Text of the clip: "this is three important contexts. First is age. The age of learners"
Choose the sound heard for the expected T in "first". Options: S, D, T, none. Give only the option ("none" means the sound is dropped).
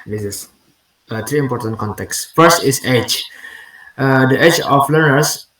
none